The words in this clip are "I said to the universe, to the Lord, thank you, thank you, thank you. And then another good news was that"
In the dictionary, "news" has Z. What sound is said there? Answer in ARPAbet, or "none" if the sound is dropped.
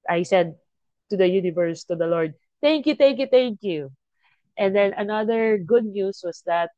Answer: S